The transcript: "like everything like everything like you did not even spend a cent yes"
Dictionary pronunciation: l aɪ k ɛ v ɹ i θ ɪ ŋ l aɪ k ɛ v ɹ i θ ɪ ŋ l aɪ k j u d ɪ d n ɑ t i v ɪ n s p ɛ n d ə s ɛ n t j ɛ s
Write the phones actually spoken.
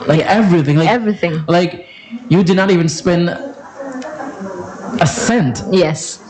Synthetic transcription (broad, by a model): l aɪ k ɛ v ɹ i θ ɪ ŋ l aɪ ɛ v ɹ i θ ɪ ŋ l aɪ k j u d ɪ d n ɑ t i v ɪ n s p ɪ n ə s ɛ n t j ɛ s